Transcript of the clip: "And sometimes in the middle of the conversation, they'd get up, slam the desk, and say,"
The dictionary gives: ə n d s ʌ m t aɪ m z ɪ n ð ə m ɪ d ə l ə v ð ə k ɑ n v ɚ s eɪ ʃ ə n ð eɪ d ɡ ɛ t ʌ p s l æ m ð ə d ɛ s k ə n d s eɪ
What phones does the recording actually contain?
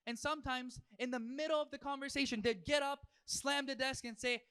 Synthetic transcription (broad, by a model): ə n s ʌ m t aɪ m z ɪ n ð ə m ɪ d l ə v ð ə k ɑ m v ɚ s eɪ ʃ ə n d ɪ d ɡ ɛ t ʌ p s l æ m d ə d ɛ s k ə n s eɪ